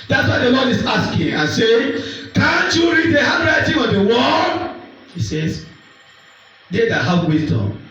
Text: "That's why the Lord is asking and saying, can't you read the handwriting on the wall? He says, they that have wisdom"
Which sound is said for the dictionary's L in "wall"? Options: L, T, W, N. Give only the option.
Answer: N